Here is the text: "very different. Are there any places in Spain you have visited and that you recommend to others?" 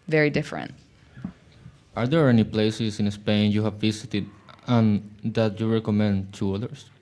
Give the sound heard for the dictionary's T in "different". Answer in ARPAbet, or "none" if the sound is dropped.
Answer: T